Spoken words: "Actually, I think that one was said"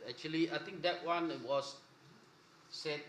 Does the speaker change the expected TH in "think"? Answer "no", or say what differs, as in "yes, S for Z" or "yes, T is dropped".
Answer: yes, T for TH